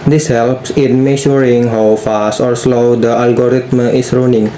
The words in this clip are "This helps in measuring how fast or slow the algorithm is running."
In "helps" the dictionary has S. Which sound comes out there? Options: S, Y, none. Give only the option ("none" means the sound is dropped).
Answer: S